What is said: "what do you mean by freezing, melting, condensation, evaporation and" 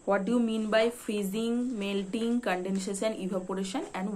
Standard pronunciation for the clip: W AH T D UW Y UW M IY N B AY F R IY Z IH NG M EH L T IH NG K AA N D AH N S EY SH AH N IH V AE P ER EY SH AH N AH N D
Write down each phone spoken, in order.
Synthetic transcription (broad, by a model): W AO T D UW Y UW M IY N B AY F R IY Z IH NG M EH L T IH NG K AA N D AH N SH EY S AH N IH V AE P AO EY SH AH N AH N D